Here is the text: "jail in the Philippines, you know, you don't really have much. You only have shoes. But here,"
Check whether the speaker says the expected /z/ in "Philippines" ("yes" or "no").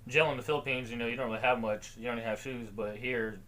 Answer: yes